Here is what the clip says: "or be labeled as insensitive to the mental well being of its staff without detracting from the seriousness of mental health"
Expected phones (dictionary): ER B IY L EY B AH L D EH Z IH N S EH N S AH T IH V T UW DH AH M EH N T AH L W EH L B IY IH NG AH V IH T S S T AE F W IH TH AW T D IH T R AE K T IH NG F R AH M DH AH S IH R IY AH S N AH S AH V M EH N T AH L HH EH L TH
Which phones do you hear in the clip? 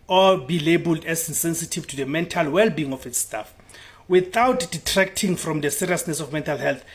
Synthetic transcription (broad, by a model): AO B IY L EY B AH L D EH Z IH N S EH N S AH T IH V T UW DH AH M EH N T AH L W EH L B IY IH NG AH F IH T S S T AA F W IH TH AW T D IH T R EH K T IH NG F R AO M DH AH S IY R IY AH S N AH S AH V M EH N T AH L HH EH L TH